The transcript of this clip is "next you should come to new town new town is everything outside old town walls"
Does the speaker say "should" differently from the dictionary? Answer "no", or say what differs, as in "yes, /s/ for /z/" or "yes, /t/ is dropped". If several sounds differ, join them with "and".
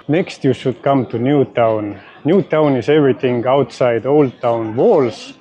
yes, /s/ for /ʃ/